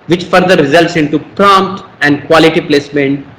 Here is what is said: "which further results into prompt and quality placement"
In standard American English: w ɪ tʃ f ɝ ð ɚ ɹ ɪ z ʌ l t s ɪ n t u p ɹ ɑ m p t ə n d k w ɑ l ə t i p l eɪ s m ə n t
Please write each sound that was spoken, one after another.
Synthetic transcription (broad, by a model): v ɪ tʃ f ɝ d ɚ ɹ ɪ z ʌ l t s ɪ n t u p ɹ ɑ m p t ə n d k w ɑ l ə t i p l eɪ s m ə n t